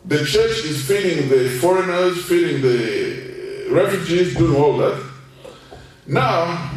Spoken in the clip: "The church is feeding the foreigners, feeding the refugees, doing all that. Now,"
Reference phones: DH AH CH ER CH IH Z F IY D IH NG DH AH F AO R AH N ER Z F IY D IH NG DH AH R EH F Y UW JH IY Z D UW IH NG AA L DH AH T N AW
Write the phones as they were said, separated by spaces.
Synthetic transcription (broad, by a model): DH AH CH ER CH IH Z F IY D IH NG DH AH F AO R AH N ER Z F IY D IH NG DH AH R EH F Y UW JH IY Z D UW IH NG AA L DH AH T N AW